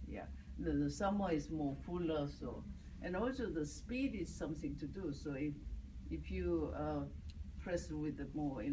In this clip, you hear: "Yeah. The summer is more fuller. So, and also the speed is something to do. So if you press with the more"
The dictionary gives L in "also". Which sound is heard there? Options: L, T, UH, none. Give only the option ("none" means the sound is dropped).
L